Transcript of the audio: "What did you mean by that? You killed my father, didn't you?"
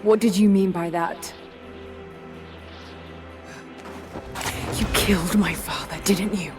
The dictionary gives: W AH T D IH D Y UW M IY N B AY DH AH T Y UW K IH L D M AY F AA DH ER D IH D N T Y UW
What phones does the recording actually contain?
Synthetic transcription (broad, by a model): W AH T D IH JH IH M IY N B AY DH AH T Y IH K IH L D M AY F AA DH ER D IH D N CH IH